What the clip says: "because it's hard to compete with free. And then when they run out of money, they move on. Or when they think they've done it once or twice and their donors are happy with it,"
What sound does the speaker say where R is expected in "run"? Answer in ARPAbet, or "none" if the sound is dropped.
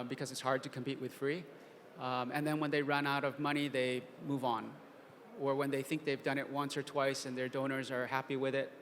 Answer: R